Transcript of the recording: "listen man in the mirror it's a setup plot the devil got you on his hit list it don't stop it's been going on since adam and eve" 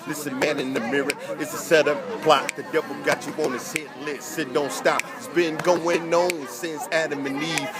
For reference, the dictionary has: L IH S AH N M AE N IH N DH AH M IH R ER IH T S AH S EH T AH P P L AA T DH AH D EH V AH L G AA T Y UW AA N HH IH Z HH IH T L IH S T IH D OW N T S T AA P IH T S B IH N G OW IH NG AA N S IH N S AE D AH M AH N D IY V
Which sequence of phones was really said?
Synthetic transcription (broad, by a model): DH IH S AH M AE N IH N DH AH M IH R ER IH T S AH S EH T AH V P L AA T DH AH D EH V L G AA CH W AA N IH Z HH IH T L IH S IH D OW N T S T AA P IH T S B IH N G OW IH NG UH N S IH N S AE D AH M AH N IY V